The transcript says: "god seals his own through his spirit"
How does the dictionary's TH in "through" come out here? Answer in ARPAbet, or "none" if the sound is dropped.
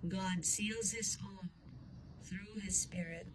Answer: TH